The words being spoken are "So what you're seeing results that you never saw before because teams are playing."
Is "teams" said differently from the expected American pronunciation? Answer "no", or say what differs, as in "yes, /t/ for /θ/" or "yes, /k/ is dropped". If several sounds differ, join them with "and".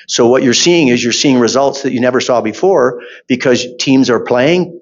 no